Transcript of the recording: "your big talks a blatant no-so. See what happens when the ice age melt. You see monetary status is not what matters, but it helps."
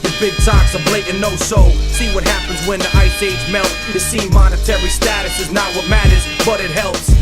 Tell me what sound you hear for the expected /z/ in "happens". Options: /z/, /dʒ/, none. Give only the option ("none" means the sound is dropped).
/z/